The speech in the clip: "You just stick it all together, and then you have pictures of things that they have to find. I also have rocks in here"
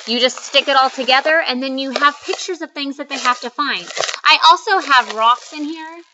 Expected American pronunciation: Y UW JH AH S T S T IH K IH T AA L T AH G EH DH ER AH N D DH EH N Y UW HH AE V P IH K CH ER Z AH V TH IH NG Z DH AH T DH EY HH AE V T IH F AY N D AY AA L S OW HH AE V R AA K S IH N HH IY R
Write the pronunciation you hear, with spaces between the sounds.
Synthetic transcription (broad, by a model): Y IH JH AH S T S T IH K IH T AA L T AH G EH DH ER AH N DH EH N Y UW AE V P IH K CH ER Z AH V TH IH NG Z DH AH T DH EY HH AE F T IH F AY N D AY AA L S OW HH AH V R AA K S IH N HH IY R